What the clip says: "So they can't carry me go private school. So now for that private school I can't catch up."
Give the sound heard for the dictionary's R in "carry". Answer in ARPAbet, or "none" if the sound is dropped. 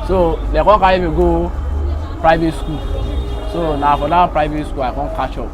none